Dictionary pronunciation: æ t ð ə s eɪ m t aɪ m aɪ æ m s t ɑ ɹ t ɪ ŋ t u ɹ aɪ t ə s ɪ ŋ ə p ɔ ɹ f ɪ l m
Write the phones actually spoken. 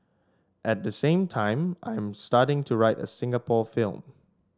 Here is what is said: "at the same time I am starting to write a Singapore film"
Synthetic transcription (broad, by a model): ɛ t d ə s eɪ m t aɪ m aɪ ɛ m s t ɑ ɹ t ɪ ŋ t u ɹ aɪ t ə s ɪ ŋ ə p ɔ f ɪ l m